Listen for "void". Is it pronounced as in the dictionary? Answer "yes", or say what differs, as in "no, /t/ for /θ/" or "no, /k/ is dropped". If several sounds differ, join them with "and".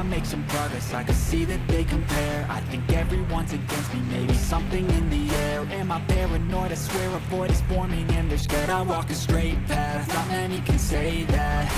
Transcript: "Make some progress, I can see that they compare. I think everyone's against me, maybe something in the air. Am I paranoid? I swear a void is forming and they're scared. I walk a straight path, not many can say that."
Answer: no, /b/ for /v/